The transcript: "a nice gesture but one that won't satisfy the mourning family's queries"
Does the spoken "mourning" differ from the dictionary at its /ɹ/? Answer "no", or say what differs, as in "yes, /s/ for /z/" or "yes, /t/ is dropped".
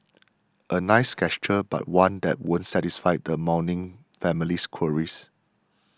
yes, /w/ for /ɹ/